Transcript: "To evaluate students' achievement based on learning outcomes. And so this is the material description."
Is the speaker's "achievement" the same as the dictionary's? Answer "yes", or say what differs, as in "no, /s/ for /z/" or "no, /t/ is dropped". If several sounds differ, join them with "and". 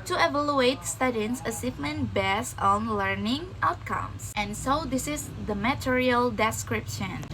no, /s/ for /tʃ/